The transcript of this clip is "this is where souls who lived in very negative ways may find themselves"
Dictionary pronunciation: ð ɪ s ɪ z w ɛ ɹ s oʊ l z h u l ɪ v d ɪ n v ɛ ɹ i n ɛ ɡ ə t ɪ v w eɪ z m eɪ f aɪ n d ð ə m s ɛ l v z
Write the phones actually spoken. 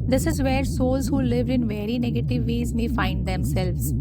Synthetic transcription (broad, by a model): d ɪ s ɪ z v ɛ ɹ s oʊ l z h u l ɪ v d ɪ n v ɛ ɹ i n ɛ ɡ ə t ɪ v eɪ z m eɪ f aɪ n d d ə m s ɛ l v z